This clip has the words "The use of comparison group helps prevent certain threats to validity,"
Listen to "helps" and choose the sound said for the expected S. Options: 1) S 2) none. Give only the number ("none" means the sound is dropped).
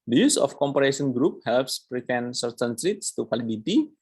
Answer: 1